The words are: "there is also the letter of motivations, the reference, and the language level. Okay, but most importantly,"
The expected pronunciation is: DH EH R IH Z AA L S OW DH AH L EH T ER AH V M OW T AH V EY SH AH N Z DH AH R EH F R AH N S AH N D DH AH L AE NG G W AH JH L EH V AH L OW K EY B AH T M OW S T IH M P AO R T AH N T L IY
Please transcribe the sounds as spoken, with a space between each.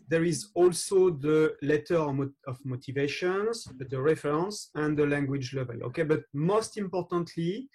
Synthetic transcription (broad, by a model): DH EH R IH Z AA L S OW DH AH L EH T ER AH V M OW T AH V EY SH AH N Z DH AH R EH F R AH N S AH N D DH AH L AE NG G W AH JH L EH V AH L OW K EY B AH T M OW S T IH M P AO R T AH N T L IY